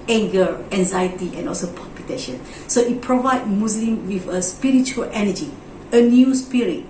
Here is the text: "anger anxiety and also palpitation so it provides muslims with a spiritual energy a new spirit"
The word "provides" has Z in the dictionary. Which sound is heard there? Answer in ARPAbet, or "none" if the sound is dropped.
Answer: none